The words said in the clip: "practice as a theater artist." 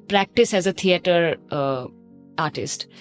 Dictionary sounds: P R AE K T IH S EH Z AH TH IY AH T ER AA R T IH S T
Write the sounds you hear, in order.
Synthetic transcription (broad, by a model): P R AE K T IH S EH Z AH T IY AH T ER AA R T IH S T